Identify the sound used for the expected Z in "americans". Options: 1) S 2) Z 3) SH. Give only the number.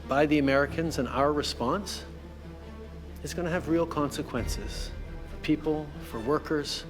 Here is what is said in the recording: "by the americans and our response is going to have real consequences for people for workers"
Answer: 2